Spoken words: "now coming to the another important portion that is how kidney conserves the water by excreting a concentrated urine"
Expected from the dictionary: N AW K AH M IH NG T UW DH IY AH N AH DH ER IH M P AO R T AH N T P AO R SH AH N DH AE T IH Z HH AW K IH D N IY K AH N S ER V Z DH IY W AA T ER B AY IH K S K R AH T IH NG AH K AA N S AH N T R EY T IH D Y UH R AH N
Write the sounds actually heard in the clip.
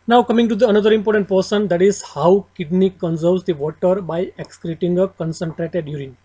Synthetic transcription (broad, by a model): N AW K AH M IH NG T UW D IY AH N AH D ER IH M P AO R T AH N T P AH R S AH N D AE T IH Z HH AW K IH D N IY K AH N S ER V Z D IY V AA T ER B AY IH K S K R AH T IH NG AH K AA N S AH N T R EY T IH D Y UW R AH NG